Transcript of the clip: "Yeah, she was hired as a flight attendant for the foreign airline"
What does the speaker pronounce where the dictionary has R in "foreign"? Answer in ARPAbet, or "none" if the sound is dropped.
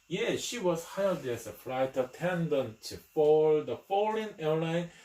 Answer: L